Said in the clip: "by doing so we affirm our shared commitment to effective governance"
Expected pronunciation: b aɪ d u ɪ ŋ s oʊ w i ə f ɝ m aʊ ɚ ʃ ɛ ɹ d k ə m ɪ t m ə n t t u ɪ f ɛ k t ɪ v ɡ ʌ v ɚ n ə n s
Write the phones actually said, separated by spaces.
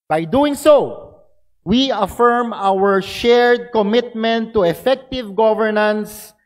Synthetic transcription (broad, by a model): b aɪ d u ɪ ŋ s oʊ w i ə f ɝ m aʊ ɚ ʃ ɛ ɹ d k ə m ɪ t m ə n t t u ɪ f ɛ k t ɪ v ɡ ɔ v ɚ n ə n s